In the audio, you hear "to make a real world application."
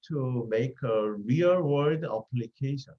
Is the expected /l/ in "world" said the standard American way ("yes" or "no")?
no